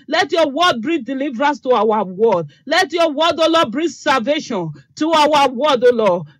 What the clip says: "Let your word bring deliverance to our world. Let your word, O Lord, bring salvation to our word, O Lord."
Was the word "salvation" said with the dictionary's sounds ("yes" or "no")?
yes